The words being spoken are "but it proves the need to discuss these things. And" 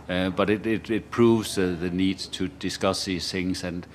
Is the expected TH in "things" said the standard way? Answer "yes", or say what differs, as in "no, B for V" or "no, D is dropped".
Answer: yes